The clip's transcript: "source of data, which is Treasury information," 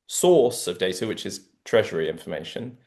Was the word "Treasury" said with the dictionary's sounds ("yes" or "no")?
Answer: yes